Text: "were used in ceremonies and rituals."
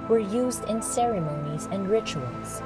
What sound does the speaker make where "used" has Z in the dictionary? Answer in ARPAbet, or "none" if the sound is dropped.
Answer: Z